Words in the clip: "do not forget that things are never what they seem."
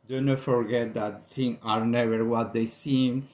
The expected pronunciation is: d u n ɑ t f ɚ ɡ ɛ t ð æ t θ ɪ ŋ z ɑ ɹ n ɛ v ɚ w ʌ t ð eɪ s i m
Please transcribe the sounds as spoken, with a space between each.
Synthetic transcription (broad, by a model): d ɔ n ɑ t f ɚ ɡ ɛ t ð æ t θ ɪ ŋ ɑ ɹ n ɛ v ɚ w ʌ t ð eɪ s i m